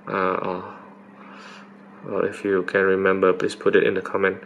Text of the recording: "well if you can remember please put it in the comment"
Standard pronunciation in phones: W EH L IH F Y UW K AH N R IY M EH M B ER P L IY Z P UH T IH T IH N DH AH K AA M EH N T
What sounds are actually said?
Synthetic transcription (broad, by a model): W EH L IH F Y UW K AH N R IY M EH M B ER P L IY S P UH T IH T IH N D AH K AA M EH N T